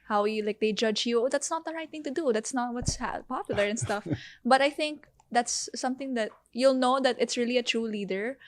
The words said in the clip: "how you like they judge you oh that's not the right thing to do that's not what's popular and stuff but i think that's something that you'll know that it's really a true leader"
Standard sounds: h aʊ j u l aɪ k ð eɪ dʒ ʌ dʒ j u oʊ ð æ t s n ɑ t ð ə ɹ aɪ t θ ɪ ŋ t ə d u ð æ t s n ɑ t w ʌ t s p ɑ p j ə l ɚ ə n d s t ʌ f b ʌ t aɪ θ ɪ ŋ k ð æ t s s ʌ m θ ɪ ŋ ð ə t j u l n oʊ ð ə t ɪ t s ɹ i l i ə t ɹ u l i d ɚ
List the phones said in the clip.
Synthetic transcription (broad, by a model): h aʊ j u l aɪ k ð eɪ dʒ ʌ dʒ j u oʊ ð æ t s n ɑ t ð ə ɹ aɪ t θ ɪ ŋ t ə d u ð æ t s n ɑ t w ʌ t s p ɑ p j ə l ɚ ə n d s t ʌ f b ʌ t aɪ θ ɪ ŋ k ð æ t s s ʌ m θ ɪ ŋ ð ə t j u l n oʊ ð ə t ɪ t s ɹ i l i ə t ɹ u l i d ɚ